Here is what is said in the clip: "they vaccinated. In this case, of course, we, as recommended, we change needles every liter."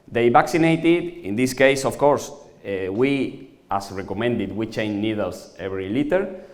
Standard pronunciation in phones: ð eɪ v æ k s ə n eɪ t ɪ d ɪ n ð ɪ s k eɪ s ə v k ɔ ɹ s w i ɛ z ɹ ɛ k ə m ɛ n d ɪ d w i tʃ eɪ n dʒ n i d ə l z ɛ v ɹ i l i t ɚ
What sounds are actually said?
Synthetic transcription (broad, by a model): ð eɪ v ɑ k s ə n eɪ t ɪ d ɪ n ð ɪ s k eɪ s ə f k ɔ ɹ s w i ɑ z ɹ ɛ k ə m ɛ n d ɪ d w i tʃ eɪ n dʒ n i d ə l s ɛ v ɹ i l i t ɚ